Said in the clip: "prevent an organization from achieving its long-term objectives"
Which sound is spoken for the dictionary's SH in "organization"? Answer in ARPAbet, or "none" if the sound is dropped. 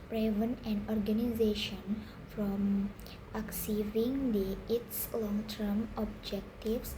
SH